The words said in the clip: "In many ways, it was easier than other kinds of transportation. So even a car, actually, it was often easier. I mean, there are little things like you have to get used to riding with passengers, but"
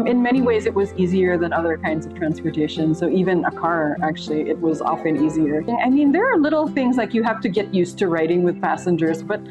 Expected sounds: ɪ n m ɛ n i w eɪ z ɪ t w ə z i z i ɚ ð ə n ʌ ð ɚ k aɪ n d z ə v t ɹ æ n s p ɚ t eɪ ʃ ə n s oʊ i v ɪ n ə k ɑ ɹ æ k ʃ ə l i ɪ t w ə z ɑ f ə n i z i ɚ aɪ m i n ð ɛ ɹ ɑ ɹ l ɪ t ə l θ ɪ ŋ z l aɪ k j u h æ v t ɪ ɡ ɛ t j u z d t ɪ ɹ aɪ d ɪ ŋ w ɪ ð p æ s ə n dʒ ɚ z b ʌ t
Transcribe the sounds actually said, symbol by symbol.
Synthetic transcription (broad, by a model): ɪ n m ɛ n i w eɪ z ɪ t w ə z i z i ɚ ð ə n ʌ ð ɚ k aɪ n d z ə v t ɹ æ n s p ɚ t eɪ ʃ ə n s oʊ i v ɪ n ə k ɑ ɹ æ k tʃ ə l i ɪ t w ə z ɑ f ə n i z i ɚ aɪ m i n ð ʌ ɹ ɹ l ɪ t l θ ɪ ŋ z l aɪ k j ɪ h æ f t ɪ ɡ ɛ t j u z t ɪ ɹ aɪ d ɪ ŋ w ɪ ð p æ s ə n dʒ ɚ z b ʌ t